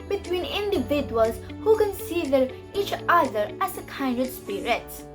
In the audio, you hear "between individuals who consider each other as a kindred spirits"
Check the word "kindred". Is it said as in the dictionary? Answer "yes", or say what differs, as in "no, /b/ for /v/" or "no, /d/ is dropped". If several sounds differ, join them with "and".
no, /ɹ/ is dropped